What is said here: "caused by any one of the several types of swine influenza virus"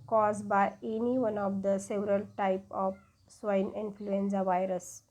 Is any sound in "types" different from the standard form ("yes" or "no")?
yes